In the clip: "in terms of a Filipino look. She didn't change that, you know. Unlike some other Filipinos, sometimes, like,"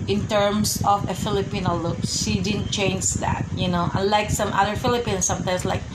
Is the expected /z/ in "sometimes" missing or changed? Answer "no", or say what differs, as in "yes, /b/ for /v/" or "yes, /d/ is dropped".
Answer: yes, /s/ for /z/